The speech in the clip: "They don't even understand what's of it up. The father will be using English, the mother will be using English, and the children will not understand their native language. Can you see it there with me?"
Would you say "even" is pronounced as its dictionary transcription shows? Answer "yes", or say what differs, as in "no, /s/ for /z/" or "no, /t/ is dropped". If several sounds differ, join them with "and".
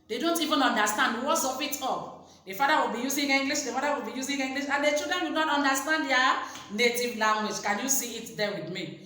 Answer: yes